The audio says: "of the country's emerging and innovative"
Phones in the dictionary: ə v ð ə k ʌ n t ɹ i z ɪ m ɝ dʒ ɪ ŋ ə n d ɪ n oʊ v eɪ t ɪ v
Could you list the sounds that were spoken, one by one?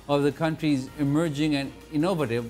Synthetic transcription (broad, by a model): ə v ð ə k ʌ n t ɹ i z ɪ m ɝ dʒ ɪ ŋ ə n d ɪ n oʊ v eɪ t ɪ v